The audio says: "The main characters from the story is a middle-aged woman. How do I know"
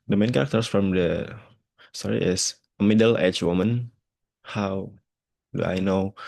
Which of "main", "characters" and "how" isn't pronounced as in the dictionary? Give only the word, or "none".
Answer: characters